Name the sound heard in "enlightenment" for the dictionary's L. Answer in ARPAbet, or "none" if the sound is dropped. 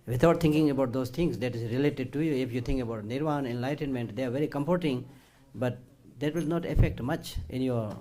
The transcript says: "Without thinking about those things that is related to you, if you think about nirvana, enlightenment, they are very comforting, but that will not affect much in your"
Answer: L